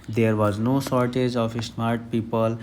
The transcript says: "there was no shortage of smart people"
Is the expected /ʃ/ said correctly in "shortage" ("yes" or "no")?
no